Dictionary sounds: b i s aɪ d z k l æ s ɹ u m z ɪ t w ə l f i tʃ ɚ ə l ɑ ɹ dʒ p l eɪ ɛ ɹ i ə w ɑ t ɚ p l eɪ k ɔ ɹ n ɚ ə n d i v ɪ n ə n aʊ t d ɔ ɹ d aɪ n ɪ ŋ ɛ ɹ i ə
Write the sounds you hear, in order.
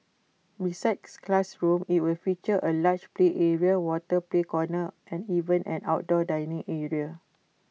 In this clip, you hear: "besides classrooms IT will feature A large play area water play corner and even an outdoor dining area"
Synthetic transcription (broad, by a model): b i s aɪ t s k l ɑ s ɹ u m ɪ t w ə l f i tʃ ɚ ə l ɑ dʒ p l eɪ ɛ ɹ i ə w ɑ t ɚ p l eɪ k ɔ n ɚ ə n i v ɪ n ə n aʊ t d ɔ d aɪ n ɪ ŋ ɛ ɹ i ə